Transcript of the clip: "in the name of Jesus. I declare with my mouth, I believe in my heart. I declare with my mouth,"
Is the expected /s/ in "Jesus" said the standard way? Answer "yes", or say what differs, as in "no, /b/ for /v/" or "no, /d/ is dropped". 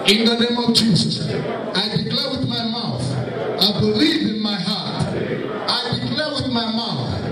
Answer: yes